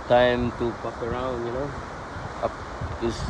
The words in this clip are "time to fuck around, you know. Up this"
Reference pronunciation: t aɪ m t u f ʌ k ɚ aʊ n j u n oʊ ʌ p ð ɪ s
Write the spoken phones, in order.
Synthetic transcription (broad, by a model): t aɪ m t u p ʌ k ɚ aʊ n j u n oʊ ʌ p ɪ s